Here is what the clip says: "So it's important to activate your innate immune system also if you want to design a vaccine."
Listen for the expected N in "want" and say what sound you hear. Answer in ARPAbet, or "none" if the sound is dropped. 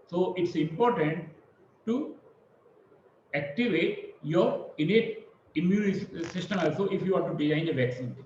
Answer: none